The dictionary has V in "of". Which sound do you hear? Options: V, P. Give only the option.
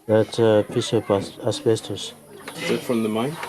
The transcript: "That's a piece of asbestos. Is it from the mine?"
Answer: P